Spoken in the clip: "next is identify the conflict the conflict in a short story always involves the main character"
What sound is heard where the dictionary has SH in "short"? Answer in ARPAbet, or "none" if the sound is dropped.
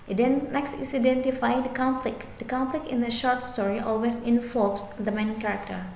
SH